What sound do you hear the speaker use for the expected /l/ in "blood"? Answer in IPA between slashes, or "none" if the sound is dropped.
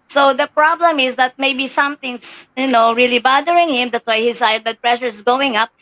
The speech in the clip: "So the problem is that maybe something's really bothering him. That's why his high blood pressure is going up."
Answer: none